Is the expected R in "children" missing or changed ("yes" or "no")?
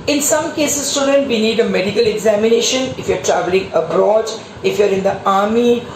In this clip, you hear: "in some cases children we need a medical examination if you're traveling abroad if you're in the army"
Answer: yes